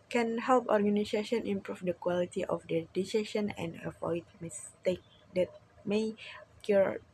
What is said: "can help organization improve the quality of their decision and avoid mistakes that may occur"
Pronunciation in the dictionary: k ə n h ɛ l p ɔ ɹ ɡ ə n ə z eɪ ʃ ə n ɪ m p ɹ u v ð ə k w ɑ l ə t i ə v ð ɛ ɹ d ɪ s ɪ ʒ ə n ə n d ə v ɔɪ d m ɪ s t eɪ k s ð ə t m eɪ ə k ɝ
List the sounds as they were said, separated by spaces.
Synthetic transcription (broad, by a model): k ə n h ɛ l p ɔ ɹ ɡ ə n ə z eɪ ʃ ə n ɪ m p ɹ u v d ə k w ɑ l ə t i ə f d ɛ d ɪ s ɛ ʃ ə n ə n d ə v ɔɪ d m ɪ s t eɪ k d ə t m eɪ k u